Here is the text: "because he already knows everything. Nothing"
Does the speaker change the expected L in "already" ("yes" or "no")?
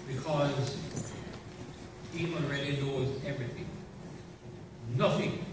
yes